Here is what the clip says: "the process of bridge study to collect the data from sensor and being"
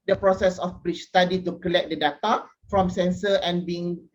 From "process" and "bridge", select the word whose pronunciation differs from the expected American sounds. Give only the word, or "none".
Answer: bridge